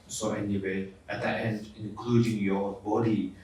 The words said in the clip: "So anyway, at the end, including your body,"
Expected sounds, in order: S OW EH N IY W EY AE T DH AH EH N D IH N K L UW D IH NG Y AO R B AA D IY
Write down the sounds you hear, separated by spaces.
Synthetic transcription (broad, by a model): S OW EH N IY W EY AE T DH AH EH N D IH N K UW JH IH NG Y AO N B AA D IY